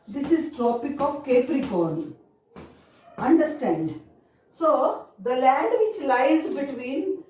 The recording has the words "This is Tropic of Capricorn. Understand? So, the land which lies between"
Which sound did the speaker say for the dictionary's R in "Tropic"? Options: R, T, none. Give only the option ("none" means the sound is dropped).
R